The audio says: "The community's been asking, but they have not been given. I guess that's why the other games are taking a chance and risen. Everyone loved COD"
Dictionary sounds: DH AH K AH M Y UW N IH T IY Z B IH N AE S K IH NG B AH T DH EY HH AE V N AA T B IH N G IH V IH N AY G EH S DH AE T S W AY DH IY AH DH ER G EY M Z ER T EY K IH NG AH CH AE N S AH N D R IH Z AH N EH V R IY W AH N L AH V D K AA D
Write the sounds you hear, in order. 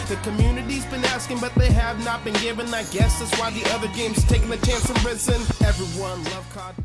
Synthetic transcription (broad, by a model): DH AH K AH M Y UW N IH T IY Z B IH N AE S K IH NG B AH T DH EY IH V N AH T B IH N G IH V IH N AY G EH S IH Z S W AY DH IY AH DH ER G EY M Z T EY K IH NG AH CH AE N S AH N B R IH S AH N EH V R IY W AH N L AH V K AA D